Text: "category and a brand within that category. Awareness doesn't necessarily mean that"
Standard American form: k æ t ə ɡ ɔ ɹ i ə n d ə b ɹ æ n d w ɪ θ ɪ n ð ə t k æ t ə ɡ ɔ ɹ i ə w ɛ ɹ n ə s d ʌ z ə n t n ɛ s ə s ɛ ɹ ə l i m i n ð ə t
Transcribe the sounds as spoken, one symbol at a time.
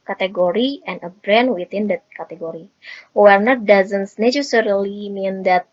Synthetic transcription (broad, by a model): k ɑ t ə ɡ ɔ ɹ i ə n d ə b ɹ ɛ n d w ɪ t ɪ n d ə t k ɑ t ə ɡ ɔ ɹ i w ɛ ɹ n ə d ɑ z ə n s n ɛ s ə s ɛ ɹ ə l i m i n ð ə t